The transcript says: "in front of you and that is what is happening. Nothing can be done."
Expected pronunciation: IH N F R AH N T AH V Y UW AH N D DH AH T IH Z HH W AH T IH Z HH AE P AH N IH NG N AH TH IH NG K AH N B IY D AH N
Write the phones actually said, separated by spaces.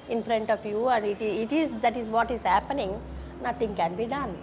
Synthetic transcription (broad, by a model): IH N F R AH N T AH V Y UW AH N D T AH T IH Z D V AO T IH Z HH AE P AH N IH NG N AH T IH NG K AH N B IY D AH N